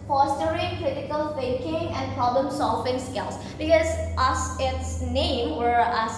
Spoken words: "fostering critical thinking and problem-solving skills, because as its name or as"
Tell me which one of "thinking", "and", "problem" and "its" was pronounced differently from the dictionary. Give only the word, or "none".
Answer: thinking